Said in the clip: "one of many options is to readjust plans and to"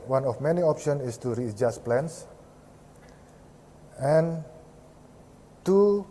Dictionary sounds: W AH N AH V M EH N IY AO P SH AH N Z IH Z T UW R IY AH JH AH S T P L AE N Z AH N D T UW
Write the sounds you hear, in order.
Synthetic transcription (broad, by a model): W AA N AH F M EH N IY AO P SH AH N IH S T UW R IY JH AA S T P L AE N S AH N T UW